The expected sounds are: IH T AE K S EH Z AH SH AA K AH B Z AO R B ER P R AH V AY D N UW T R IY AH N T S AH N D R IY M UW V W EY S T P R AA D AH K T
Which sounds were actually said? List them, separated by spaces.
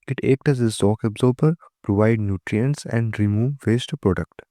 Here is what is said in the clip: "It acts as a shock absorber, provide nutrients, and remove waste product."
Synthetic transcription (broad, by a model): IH T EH K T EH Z AH S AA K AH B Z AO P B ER P R AH V AY D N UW T R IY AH N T S AH N D R IY M UW V EY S T P R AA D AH K T